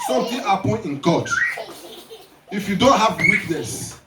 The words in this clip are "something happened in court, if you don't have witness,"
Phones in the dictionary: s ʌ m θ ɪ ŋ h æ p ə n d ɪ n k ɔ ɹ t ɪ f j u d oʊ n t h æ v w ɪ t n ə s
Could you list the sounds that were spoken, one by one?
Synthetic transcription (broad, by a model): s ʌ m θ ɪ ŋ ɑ p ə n ɪ n k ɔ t ɪ f j u d oʊ n t h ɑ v w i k n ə s